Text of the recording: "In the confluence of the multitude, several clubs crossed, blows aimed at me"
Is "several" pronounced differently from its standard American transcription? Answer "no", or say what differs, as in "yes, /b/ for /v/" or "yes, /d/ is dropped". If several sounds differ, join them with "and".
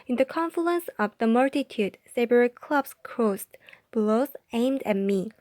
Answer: yes, /b/ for /v/